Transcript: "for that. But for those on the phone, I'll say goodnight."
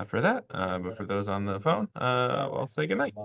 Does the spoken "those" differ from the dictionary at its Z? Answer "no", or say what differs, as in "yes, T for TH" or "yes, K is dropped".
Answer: no